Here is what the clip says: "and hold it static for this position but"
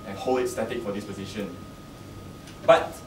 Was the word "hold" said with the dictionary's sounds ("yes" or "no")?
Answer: no